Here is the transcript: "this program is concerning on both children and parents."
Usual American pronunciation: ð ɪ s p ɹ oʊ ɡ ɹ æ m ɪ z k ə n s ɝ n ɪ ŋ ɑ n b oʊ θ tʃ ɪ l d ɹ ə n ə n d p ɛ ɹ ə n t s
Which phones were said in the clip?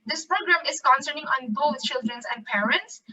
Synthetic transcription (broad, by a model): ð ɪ s p ɹ oʊ ɡ ɹ æ m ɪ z k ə n s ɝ n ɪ ŋ ɑ n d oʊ s tʃ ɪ l d ɹ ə n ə n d p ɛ ɹ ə n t s